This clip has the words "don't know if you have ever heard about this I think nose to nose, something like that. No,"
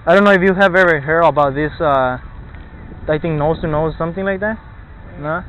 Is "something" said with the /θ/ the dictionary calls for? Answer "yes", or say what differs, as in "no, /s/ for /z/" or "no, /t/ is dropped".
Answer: yes